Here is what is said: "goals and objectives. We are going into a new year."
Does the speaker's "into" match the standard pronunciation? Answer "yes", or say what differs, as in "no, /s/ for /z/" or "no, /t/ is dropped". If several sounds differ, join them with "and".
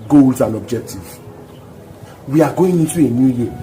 no, /n/ is dropped